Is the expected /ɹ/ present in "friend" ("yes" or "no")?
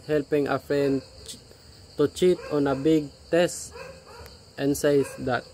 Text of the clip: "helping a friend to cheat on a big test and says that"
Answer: no